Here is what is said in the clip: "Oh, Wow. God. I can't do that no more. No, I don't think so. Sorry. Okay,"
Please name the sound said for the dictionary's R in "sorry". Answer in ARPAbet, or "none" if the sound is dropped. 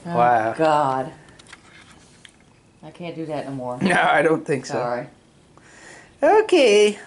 none